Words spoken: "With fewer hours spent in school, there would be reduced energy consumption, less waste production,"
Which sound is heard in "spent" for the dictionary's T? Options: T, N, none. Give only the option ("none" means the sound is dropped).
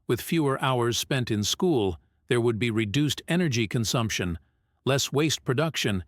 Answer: T